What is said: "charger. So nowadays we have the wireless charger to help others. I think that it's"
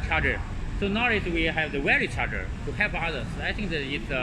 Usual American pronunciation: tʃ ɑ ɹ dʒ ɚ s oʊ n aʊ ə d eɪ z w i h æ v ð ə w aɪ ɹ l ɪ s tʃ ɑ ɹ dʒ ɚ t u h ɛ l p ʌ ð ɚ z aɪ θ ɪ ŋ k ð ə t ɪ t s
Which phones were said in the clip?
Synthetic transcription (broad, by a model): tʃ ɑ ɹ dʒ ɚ s oʊ n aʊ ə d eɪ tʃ w i h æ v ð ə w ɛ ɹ ɪ tʃ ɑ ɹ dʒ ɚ t u h ɛ l p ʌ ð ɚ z aɪ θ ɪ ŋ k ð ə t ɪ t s